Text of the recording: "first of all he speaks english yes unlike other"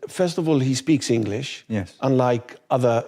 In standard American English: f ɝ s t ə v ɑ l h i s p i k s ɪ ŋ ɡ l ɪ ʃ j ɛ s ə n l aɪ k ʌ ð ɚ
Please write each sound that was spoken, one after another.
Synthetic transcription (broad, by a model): f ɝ s t ə v ɑ l h i s p i k s ɪ ŋ ɡ l ɪ ʃ j ɛ s ə n l aɪ k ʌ ð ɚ